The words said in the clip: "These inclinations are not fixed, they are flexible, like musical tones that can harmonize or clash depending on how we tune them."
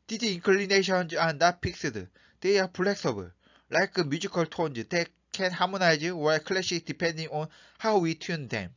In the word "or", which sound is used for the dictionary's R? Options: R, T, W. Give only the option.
W